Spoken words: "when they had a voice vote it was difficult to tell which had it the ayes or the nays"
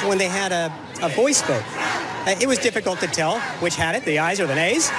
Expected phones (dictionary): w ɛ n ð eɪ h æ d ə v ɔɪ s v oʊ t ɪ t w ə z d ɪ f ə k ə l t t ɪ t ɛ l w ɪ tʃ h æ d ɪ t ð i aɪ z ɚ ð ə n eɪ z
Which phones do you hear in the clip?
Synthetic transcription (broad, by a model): w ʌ n ð eɪ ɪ d ə v ɔɪ s b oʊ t ɪ t w ə z d ɪ f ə k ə l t t ɪ t ɛ l w ɪ tʃ h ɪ d ɪ t ð i aɪ z ɚ ð ə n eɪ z